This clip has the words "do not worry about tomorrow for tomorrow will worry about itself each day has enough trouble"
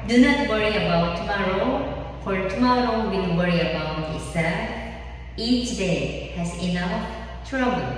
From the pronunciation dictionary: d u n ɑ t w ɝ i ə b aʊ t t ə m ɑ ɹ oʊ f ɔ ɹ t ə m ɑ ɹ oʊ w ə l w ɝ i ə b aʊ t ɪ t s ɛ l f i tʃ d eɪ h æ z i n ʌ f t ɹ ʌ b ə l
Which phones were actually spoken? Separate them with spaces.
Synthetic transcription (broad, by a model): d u n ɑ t w ɝ i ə b aʊ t t ə m ɑ ɹ oʊ p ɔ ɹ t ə m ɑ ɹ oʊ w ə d w ɝ i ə b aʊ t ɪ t s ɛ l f i tʃ d eɪ h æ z i n ʌ f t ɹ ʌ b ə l